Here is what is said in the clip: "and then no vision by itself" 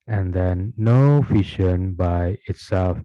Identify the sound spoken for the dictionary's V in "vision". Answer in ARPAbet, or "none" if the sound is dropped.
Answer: F